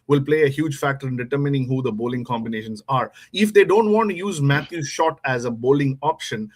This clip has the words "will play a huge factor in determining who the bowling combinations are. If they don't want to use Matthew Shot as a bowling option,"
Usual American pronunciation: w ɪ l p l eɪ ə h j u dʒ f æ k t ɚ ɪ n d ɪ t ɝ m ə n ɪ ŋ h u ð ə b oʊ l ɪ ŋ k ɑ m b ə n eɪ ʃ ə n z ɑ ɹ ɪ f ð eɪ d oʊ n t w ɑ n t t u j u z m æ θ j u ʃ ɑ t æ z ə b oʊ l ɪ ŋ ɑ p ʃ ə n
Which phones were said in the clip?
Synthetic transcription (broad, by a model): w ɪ l p l eɪ ə h j u dʒ f æ k t ɚ ɪ n d ɪ t ɝ m ə n ɪ ŋ h u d ə b oʊ l ɪ ŋ k ɑ m b ə n eɪ ʃ ə n z ɑ ɹ ɪ f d eɪ d oʊ n t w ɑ n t t u j u z m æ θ j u ʃ ɑ t æ z ə b oʊ l ɪ ŋ ɑ p ʃ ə n